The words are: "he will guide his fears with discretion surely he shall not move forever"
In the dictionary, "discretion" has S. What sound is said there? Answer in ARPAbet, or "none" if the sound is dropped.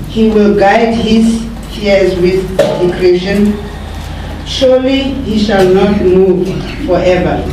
none